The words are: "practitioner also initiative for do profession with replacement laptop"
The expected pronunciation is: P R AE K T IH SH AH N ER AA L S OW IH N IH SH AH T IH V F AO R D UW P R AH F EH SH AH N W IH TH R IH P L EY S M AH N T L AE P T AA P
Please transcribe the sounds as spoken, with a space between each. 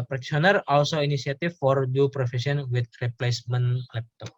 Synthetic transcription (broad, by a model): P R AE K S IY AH N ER AA L S OW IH N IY S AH T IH F AO R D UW P R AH F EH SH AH N W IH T R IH P L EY S M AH N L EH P T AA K